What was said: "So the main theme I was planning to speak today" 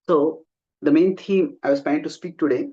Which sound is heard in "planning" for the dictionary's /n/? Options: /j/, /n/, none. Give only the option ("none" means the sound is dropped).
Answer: none